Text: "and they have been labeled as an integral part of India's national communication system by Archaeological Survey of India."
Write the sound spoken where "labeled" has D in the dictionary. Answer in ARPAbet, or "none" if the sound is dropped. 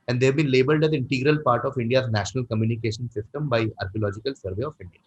D